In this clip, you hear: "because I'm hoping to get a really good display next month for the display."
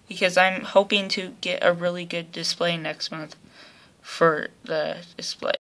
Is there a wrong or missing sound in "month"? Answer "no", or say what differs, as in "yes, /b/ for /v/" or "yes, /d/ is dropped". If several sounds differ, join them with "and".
no